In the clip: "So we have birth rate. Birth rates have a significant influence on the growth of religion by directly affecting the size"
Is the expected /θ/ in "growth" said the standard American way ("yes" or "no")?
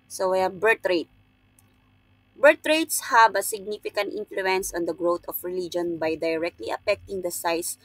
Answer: no